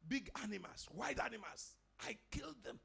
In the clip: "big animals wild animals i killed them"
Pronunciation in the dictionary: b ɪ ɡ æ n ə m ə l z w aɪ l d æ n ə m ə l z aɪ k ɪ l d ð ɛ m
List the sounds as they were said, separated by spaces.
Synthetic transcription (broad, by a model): b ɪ ɡ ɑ n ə m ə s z w aɪ d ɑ n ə m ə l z aɪ k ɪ l d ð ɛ m